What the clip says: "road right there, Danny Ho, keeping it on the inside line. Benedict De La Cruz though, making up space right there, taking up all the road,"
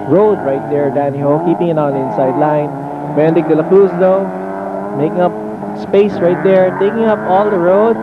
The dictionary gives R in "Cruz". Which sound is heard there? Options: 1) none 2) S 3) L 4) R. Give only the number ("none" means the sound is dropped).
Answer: 1